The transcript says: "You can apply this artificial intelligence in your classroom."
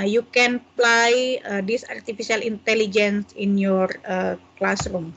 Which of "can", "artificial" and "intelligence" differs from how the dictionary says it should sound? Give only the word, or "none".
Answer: artificial